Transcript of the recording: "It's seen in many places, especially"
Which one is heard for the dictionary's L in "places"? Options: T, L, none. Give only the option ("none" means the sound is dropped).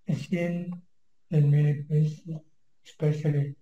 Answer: none